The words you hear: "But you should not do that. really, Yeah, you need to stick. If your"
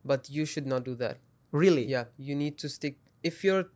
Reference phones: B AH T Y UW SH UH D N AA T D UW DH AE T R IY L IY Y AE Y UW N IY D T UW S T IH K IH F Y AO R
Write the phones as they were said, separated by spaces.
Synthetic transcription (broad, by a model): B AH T Y UW SH UH D N AA T D UW DH AE T R IY L IY Y AE Y UW N IY D T UW S T IH K IH F Y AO R